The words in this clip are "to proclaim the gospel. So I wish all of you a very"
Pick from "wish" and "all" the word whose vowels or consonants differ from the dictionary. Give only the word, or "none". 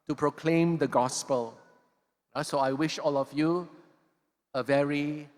none